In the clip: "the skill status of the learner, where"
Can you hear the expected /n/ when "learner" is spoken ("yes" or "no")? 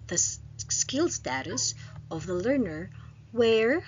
yes